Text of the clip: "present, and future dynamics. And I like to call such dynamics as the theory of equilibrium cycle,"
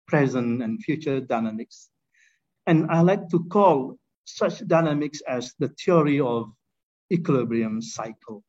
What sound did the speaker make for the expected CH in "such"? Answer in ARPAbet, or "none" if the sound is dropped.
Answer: CH